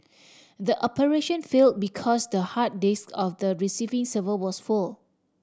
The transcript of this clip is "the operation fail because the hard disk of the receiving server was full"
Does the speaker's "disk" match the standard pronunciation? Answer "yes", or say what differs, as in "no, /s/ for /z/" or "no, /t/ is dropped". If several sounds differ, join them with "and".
yes